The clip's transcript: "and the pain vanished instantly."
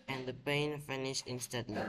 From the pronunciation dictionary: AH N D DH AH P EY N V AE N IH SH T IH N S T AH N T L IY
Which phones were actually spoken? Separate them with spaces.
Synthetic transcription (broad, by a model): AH N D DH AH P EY N F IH N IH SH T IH N S T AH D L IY